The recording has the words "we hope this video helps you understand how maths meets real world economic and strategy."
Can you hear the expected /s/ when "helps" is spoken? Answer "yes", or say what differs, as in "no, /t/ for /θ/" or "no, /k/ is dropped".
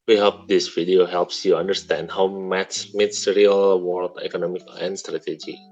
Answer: yes